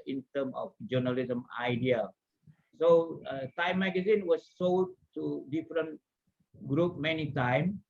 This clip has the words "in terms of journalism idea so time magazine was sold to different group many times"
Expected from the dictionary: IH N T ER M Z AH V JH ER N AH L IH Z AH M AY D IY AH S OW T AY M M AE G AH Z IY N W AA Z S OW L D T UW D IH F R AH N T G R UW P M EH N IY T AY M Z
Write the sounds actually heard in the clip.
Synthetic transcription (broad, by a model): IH N T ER M AH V JH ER N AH L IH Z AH M AY D IY AH S OW T AY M M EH G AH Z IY N W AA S OW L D T UW D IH F R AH N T G R UW P M EH N IY T AY M